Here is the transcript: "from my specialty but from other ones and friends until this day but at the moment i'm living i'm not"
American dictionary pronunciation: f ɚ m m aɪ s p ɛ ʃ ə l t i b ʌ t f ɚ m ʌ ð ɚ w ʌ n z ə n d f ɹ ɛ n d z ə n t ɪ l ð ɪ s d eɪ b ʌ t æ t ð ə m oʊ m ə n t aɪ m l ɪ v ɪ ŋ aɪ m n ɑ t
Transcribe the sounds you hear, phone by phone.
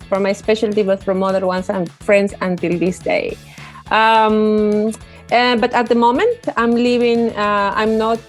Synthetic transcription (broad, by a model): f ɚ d m aɪ s p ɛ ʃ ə l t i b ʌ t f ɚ m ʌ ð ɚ w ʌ n s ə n f ɹ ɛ n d s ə n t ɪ l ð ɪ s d eɪ b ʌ t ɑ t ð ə m oʊ m ə n t aɪ m l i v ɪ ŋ aɪ m n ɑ t